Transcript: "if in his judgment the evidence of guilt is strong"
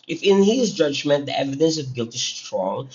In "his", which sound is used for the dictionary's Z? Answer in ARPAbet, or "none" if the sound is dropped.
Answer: Z